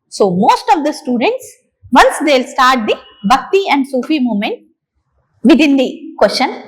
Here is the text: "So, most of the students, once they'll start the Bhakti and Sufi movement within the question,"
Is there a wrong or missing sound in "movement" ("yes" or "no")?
yes